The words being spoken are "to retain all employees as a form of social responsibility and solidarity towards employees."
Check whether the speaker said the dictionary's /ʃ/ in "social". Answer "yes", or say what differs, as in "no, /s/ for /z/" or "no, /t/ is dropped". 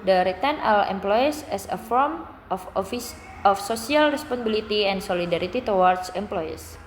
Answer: no, /s/ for /ʃ/